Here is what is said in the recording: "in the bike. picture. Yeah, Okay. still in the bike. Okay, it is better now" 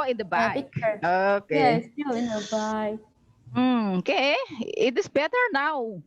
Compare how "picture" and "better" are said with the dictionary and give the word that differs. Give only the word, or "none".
picture